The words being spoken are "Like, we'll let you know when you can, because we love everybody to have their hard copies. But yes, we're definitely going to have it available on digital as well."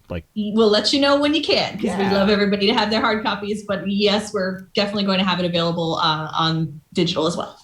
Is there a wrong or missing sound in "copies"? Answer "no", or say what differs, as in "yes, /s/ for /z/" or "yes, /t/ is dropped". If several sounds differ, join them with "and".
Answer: no